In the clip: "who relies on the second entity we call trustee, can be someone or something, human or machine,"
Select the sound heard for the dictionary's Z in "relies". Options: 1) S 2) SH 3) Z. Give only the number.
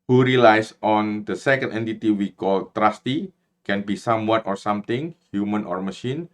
1